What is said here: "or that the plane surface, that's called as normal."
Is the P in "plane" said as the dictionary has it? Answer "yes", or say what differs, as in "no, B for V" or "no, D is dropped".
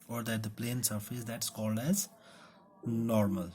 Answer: yes